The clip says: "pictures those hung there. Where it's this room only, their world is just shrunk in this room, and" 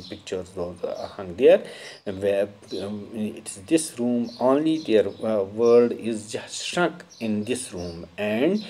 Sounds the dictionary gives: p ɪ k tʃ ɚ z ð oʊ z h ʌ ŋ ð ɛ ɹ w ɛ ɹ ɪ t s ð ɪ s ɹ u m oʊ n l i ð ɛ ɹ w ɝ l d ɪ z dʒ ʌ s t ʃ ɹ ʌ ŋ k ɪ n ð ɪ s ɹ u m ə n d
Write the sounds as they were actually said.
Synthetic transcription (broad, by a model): p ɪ k tʃ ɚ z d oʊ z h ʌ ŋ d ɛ ɹ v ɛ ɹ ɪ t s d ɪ s ɹ u m oʊ n l i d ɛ ɹ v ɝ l d ɪ z dʒ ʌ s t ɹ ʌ k ɪ n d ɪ s ɹ u m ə n d